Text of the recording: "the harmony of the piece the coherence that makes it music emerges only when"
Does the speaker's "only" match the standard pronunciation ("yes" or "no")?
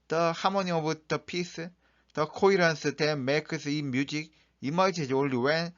no